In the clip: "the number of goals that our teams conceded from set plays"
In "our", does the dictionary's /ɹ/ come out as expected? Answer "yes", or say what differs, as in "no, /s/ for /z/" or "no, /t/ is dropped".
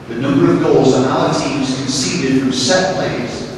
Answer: no, /l/ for /ɹ/